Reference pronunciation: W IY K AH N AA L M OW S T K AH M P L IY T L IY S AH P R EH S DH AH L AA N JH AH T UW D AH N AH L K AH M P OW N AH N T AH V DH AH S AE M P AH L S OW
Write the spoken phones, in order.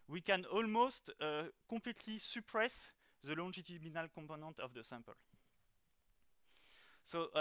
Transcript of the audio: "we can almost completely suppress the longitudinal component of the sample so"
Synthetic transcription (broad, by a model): W IY K AH N AA L M OW S T K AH P L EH T L IY S AH P R EH S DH AH L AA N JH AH T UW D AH N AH L K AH P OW N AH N T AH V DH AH S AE M P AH L S OW